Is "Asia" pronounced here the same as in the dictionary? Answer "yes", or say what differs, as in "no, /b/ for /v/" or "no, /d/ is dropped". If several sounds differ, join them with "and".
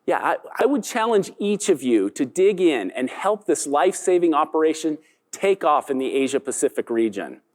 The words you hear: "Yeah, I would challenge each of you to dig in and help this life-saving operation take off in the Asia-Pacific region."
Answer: yes